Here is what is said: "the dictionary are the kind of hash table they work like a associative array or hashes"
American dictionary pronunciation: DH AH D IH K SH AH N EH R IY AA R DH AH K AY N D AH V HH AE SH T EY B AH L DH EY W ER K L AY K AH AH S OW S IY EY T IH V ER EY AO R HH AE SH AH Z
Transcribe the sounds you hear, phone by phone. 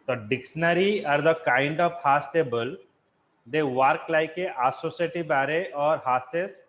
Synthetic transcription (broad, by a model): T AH D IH K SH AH N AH R IY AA R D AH K AY N D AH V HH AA S T EY B AH L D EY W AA K L AY K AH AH S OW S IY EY T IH B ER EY AO R HH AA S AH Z